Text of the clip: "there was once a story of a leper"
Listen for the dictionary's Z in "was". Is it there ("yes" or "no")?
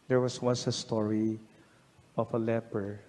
no